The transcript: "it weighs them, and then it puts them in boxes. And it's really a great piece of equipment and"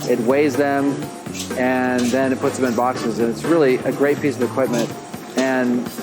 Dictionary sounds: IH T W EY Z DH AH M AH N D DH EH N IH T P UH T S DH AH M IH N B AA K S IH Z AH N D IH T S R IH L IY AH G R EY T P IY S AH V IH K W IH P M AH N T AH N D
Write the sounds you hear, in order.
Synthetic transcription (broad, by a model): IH T W EY Z DH AH M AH N DH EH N IH T P UH T S DH AH M IH N B AA K S IH Z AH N IH T S R IH L IY AH G R EY T P IY S AH V IH K W IH P M AH N T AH N